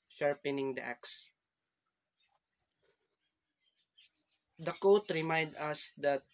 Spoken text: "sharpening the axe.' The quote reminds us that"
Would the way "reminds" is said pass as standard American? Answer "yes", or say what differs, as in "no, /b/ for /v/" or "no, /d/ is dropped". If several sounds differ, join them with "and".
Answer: no, /z/ is dropped